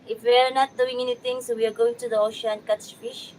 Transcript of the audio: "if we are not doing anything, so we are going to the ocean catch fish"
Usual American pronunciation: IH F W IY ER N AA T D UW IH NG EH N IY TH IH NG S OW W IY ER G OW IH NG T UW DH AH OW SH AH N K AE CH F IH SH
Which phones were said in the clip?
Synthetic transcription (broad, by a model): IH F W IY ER N AA T D UW IH NG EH N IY T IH NG S OW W IY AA G OW IH NG T UW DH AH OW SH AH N K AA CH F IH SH